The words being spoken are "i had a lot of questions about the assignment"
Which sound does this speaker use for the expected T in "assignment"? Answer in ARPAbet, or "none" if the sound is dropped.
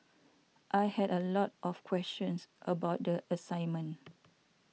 none